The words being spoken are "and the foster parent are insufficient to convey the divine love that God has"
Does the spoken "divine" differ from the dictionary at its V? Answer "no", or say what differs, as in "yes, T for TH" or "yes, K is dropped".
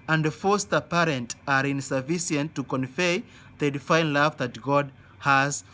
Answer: yes, F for V